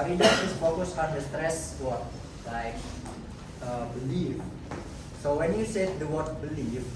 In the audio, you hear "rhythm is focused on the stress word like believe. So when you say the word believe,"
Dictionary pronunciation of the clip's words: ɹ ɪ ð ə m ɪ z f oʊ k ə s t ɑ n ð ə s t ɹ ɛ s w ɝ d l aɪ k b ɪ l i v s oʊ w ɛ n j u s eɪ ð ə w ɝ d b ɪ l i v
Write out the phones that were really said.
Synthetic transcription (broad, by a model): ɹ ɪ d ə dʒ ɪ s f oʊ k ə s ɑ n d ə s t ɹ ɛ s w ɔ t l aɪ k b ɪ l i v s oʊ w ɛ n j u s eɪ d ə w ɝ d b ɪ l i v